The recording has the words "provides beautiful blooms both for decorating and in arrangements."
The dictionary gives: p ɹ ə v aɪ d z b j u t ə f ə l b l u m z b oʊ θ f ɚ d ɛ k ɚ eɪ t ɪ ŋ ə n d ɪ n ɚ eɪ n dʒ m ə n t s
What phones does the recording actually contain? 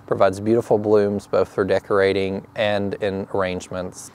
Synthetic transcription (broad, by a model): p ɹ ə v aɪ d z b j u t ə f l b l u m z b oʊ θ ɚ d ɛ k ɚ eɪ t ɪ ŋ ə n d ɪ n ɚ eɪ n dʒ m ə n t s